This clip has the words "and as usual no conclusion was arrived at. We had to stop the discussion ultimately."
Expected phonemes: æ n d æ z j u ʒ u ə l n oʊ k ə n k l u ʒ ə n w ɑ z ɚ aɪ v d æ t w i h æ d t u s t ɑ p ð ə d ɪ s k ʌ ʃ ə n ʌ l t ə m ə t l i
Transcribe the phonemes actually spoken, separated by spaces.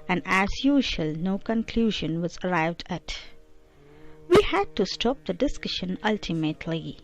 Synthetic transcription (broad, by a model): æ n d æ z j u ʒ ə l n oʊ k ə n k l u ʒ ə n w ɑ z ɚ aɪ v d æ t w i h æ d t u s t ɑ p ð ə d ɪ s k ʌ ʃ ə n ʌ l t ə m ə t l i